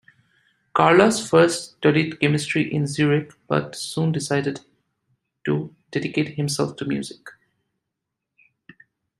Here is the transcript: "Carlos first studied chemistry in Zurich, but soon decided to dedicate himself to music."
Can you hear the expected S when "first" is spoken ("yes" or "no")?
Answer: yes